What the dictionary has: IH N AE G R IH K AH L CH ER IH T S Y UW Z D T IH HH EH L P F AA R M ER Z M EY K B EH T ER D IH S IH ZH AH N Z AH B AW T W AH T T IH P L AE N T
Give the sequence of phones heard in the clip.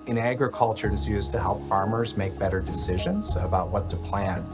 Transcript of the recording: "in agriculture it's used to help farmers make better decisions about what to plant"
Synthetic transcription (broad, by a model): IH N AE G R IH K AH L CH ER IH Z Y UW Z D T IH HH EH L P F AA R M ER Z M EY K B EH T ER D IH S IH ZH AH N Z AH B AW T W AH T T IH P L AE N